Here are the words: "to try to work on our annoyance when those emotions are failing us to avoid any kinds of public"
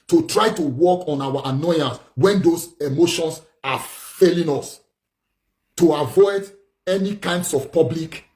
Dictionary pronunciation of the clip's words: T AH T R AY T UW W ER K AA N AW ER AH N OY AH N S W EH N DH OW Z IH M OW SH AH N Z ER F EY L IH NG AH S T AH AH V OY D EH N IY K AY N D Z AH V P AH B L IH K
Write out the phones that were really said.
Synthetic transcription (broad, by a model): T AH T R AY T UW W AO K AA N AW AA AH N OY AH N S W EH N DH OW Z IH M OW SH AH N S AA F EY L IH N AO S T AH AH V OY D EH N IY K AY N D S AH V P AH B L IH K